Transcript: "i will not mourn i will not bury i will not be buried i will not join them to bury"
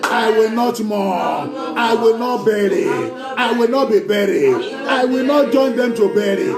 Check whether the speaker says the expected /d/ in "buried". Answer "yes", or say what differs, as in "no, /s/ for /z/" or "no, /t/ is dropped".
no, /d/ is dropped